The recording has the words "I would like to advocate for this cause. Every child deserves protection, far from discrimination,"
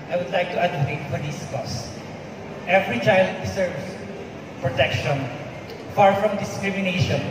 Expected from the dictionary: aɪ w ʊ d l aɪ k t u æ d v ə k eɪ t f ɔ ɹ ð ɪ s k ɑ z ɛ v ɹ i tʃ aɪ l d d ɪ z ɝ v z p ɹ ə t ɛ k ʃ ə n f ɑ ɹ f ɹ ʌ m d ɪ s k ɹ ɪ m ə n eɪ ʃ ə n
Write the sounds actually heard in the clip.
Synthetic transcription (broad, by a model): aɪ w ʊ d l aɪ k t u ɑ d ə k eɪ t f ɔ ɹ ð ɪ s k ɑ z ɛ v ɹ i tʃ aɪ l d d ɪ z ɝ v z p ɹ ə t ɛ k ʃ ə n f ɑ ɹ f ɹ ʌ m d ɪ s k ɹ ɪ m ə n eɪ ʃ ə n